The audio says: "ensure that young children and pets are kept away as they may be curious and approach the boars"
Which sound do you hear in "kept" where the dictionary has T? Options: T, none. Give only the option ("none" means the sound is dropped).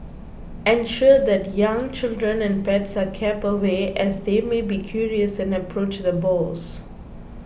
none